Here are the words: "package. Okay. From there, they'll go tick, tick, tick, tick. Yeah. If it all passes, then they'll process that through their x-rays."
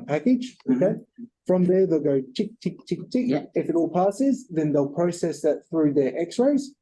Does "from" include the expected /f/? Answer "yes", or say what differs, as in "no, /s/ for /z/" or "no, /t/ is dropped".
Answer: yes